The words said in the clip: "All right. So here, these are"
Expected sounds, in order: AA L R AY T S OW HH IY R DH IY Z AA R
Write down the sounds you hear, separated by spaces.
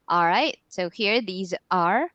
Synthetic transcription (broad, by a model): AA L R AY T S OW HH IY R DH IY Z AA R